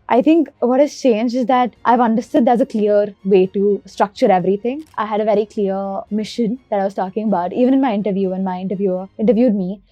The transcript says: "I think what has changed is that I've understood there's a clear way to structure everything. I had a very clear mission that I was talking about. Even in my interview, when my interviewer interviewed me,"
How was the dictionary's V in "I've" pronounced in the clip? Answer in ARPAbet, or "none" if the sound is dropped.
V